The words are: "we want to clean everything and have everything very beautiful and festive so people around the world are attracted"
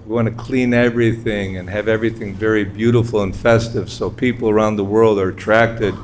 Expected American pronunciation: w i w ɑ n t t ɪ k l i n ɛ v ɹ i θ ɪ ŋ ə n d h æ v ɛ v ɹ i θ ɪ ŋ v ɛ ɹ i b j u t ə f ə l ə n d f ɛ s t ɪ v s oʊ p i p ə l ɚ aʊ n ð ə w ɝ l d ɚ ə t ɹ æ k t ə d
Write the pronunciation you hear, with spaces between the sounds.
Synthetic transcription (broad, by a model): w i w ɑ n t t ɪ k l i n ɛ v ɹ i θ ɪ ŋ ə n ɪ v ɛ v ɹ i θ ɪ ŋ v ɛ ɹ i b j u t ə f l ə n f ɛ s t ɪ v s oʊ p i p l ɚ aʊ n ð ə w ɝ l d ɚ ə t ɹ æ k t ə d